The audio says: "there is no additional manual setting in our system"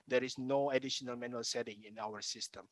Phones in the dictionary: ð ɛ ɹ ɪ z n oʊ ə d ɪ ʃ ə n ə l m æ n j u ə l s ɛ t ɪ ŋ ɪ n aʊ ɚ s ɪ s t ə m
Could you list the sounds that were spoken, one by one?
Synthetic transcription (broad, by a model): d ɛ ɹ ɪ s n oʊ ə d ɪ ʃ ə n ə l m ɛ n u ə l s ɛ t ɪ ŋ ɪ n aʊ ɚ s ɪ s t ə m